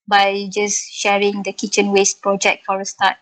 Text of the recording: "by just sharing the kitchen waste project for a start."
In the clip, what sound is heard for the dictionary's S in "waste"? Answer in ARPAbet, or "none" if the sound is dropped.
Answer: S